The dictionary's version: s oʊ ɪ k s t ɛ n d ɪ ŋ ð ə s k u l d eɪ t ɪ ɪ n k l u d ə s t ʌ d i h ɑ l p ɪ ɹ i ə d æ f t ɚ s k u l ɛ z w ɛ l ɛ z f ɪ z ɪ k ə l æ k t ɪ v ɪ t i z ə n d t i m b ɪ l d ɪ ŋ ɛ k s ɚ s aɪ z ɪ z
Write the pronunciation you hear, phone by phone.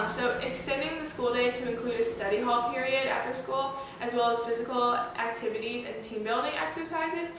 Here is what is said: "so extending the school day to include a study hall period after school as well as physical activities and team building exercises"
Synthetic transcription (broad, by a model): s oʊ ɪ k s t ɛ n d ɪ ŋ ð ə s k u l d eɪ t ɪ ɪ n k l u d ə s t ʌ d i h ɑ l p ɪ ɹ i ə d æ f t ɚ s k u l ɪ z w ɛ l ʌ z f ɪ z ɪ k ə l æ k t ɪ v ɪ t i z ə n t i m b ɪ l d ɪ ŋ ɛ k s ɚ s aɪ z ɪ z